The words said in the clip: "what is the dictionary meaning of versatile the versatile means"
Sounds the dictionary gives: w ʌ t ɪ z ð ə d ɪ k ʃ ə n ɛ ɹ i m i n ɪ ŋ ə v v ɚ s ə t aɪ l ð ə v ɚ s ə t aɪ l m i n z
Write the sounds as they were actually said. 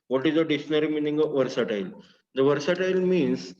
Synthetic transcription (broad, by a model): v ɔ t ɪ z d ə d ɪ ʃ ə n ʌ ɹ i m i n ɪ ŋ ə v v ɚ s ə t aɪ l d ə v ɚ s ə t aɪ l m i n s